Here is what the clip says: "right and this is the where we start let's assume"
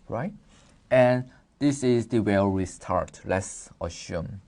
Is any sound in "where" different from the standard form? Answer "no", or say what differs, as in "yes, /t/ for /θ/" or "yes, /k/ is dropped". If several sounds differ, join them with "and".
yes, /l/ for /ɹ/